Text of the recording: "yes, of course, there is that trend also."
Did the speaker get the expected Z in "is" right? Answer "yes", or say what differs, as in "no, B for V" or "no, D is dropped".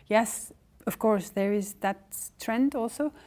yes